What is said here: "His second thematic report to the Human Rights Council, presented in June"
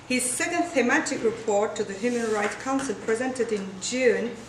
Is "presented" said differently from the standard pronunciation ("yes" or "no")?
no